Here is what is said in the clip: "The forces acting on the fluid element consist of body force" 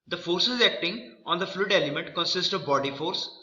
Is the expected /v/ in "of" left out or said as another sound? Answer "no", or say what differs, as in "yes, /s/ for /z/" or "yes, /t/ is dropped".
no